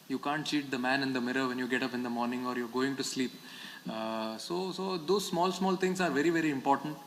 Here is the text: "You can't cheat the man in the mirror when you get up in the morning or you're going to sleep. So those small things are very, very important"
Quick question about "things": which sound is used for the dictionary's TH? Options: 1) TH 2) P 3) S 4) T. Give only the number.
4